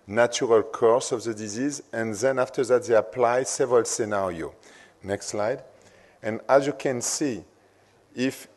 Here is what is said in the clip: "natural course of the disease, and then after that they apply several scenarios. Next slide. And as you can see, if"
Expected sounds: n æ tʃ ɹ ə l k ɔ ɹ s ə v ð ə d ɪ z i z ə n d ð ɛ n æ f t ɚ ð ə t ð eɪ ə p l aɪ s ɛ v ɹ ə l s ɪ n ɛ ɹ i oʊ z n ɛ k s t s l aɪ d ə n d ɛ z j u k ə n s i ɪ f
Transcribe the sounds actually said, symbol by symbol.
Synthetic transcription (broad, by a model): n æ tʃ ɹ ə l k ɔ ɹ s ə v ð ə d ɪ z i z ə n ð ɛ n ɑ f t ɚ ð ə t ð eɪ ə p l aɪ s ɛ v ɹ ə l s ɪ n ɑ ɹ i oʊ n ɛ k s t s l aɪ d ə n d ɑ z j u k ə n s i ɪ f